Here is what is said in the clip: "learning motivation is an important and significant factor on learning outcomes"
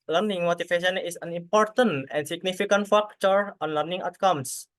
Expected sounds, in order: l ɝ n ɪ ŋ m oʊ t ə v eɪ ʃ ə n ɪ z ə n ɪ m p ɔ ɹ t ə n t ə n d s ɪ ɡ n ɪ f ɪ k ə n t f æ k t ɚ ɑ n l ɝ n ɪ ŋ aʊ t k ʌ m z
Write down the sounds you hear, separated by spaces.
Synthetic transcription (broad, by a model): l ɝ n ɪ ŋ m oʊ t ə f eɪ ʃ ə n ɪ s ə n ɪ m p ɔ ɹ t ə n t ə n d s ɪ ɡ n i f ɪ k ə n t f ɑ k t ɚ ɑ n l ɝ n ɪ ŋ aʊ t k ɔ m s